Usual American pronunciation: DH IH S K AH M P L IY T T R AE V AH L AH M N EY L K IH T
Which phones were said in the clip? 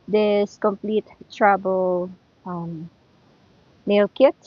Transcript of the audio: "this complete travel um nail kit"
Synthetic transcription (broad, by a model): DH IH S K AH M P L IY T T R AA B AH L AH M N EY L K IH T